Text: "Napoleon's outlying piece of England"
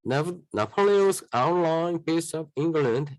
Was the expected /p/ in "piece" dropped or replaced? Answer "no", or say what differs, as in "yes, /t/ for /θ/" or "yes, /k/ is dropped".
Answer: yes, /b/ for /p/